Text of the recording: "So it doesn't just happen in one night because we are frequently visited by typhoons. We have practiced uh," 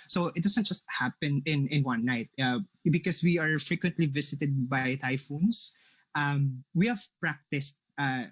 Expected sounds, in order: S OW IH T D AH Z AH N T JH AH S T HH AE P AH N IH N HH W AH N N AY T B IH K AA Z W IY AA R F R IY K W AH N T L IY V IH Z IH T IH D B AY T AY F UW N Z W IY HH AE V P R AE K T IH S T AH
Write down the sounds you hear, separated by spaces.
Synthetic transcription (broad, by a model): S OW IH T D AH S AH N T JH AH S T HH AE P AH N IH N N W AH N N AY T B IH K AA S W IY AA R F R IY K W AH N T L IY V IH S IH T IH D B AY T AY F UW N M W IY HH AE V P R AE K T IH S T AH